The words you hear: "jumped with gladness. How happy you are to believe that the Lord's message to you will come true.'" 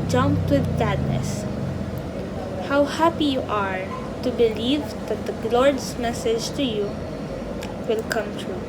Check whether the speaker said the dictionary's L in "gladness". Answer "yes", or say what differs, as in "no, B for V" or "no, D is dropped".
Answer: no, L is dropped